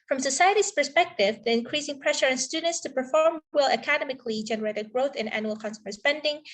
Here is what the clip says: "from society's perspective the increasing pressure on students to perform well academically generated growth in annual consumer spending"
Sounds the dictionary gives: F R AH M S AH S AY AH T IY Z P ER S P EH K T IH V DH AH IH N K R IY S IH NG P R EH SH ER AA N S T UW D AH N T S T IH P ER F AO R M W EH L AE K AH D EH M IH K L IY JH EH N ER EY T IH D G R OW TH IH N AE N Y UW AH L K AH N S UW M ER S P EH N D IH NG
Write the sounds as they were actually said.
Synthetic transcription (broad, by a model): F R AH M S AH S AY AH T IY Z P ER S P EH K T IH V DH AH IH N K R IY S IH NG P R EH SH ER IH N S T UW D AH N T S T IH P ER F AO R M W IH L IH K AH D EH M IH K L IY JH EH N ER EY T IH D G R OW TH IH N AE N Y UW L K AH N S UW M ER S P EH N D IH NG